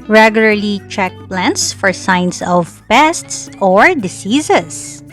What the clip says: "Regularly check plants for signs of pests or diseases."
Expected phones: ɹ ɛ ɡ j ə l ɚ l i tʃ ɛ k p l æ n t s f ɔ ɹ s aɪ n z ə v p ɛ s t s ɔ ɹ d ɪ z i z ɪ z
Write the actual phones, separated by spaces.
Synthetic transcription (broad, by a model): ɹ ɛ ɡ j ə l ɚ l i tʃ ɛ k p l æ n t s f ɔ ɹ s aɪ n s ə v p ɛ s t s ɔ ɹ d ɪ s i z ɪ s